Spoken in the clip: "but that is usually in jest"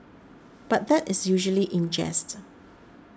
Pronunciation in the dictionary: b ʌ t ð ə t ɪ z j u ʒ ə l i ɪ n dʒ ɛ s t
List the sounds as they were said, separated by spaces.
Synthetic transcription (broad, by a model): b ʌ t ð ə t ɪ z j u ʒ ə l i ɪ n dʒ ɛ s t